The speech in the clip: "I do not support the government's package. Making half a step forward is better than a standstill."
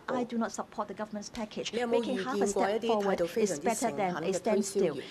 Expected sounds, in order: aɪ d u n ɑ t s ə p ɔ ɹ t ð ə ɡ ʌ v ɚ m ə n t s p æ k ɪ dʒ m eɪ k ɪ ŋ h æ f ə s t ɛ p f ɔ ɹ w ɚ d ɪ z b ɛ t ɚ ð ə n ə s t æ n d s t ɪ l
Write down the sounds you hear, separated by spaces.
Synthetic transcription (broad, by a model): aɪ d u n ɑ t s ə p ɔ t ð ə ɡ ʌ v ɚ m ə n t s p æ k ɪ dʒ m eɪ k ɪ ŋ h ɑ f ə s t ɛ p f ɔ w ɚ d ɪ s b ɛ t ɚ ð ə n ə s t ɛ n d s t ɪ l